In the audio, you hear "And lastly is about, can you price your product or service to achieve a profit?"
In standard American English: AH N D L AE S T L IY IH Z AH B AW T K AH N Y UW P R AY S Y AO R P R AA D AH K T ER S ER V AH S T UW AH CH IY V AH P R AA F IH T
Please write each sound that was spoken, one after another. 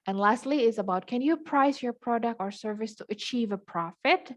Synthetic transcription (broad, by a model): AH N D L AE S T L IY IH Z AH B AW T K AH N Y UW P R AY S Y AO R P R AA D AH K T ER S ER V AH S T UW AH CH IY V AH P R AA F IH T